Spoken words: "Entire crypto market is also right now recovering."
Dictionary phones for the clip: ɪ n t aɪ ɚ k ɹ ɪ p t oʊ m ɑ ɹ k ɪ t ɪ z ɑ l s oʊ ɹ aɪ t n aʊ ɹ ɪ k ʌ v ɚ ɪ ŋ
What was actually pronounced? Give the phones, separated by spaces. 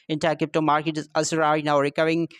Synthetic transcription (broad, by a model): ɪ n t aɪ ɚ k ɪ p t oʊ m ɑ ɹ k ɪ t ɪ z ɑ s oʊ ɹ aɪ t n aʊ ɹ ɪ k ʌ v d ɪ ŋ